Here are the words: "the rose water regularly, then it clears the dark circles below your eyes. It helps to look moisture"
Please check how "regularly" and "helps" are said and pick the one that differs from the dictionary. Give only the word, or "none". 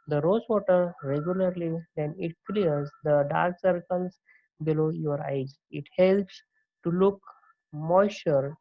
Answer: none